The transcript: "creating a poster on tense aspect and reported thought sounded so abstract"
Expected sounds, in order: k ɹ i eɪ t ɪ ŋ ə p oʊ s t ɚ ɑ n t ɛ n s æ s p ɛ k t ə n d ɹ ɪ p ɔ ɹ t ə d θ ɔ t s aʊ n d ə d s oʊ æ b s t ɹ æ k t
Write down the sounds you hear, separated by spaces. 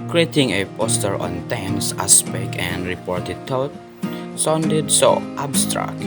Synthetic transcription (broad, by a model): k ɹ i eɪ t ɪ ŋ ə p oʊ s t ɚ ɑ n t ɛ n s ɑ s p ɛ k ə n d ɹ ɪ p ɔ ɹ t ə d t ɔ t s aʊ n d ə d s oʊ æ b s t ɹ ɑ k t